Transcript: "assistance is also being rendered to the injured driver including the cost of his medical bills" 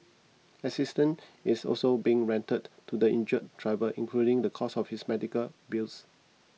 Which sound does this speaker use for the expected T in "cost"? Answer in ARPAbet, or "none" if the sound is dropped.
none